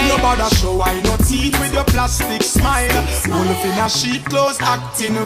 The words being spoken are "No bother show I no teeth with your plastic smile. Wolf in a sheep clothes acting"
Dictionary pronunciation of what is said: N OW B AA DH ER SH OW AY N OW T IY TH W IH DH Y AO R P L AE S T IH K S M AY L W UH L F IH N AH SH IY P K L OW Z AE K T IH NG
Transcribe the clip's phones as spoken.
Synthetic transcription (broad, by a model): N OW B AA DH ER SH OW AY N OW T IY T W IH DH Y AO P L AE S T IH K S M AY L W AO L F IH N AH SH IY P K L OW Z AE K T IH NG